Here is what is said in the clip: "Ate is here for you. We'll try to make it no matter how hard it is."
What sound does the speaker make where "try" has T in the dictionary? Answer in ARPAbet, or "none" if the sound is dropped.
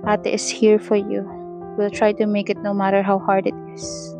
T